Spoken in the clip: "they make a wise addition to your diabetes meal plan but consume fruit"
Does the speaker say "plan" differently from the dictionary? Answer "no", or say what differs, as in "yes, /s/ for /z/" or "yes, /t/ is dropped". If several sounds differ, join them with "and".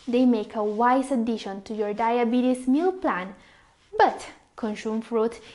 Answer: no